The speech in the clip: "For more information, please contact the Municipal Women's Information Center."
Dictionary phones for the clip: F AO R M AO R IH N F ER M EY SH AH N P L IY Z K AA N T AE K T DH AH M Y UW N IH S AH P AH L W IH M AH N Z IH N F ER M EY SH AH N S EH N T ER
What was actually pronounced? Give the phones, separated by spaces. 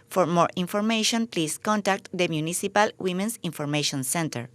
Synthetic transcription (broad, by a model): F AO R M AO R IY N F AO M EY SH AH N P L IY S K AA N T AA K T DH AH M Y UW N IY S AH P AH L W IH M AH N S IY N F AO M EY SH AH N S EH N T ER